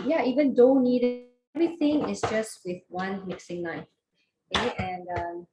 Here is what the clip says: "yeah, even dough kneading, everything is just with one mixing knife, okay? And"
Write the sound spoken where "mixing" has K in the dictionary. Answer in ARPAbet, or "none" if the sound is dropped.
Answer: K